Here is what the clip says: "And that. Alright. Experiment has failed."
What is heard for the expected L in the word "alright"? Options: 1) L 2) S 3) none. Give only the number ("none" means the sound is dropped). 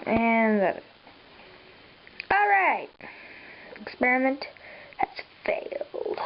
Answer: 1